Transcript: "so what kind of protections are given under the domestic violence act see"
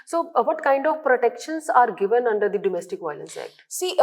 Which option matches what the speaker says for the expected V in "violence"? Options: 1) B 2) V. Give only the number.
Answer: 2